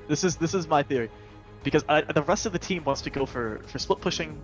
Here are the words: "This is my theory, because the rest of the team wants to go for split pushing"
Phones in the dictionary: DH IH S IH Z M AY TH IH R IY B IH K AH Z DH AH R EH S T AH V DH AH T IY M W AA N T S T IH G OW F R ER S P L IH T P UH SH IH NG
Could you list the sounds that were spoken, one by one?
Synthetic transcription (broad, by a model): DH IH S IH Z M AY TH IH R IY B IH K AH Z DH AH R EH S T AH V DH AH T IY M W AA N T S T IH G OW F R ER S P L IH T P UH SH IH NG